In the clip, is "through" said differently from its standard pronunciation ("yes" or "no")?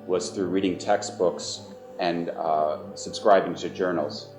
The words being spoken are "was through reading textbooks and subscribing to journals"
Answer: no